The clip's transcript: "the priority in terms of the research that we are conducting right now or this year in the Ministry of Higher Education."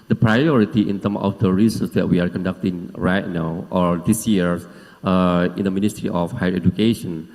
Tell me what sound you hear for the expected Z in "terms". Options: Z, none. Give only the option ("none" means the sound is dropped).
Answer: none